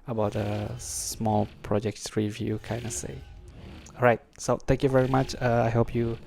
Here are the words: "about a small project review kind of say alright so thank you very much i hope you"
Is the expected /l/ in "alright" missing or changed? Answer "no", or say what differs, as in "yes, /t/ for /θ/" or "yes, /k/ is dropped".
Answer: yes, /l/ is dropped